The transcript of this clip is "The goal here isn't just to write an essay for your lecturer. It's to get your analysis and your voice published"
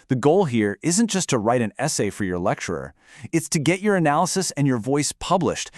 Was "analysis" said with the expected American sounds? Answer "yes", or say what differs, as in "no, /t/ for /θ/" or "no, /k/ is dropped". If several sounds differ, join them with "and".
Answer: yes